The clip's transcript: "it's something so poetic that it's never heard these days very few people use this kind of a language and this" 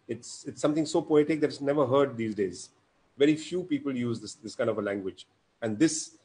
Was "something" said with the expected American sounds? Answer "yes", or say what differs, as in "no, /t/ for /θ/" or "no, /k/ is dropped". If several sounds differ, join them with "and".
no, /t/ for /θ/